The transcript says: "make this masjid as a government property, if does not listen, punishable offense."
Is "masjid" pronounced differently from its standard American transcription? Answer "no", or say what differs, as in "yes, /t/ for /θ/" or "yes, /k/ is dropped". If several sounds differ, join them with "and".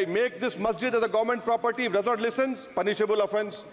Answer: no